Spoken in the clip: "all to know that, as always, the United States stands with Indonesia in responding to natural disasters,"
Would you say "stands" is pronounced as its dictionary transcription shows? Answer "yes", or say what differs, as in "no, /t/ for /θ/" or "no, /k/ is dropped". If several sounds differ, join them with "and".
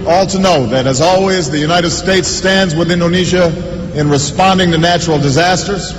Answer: yes